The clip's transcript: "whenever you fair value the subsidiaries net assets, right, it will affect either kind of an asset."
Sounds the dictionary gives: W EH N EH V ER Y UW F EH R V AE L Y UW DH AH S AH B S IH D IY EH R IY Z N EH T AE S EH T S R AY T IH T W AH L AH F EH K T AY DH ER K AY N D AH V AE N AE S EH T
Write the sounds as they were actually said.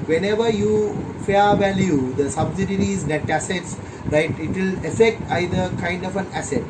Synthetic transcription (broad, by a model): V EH N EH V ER Y UW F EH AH V AE L Y UW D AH S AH B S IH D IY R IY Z N EH T AE S EH T S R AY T IH T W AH L AH F EH K T AY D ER K AY N D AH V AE N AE S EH T